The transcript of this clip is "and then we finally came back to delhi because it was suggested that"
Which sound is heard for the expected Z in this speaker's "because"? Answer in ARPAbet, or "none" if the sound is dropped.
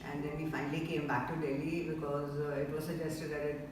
Z